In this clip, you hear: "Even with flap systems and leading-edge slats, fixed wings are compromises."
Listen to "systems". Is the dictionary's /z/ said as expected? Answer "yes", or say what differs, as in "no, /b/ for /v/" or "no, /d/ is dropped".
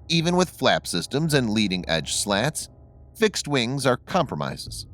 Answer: yes